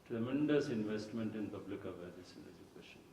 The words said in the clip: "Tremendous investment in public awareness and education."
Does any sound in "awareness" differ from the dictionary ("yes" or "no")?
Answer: yes